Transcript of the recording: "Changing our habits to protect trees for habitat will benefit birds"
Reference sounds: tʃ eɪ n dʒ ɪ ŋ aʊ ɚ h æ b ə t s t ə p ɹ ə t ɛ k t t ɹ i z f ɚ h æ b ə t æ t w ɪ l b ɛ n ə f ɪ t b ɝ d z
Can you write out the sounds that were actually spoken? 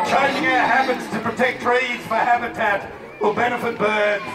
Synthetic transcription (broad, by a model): tʃ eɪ n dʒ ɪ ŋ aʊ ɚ h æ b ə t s t ə p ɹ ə t ɛ k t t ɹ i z f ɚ h æ b ə t æ t w ɪ l b ɛ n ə f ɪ t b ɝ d